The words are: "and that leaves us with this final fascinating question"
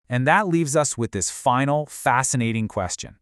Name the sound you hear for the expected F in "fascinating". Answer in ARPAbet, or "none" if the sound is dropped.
F